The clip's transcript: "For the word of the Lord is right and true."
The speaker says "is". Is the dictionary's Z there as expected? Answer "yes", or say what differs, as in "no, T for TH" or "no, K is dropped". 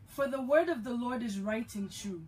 yes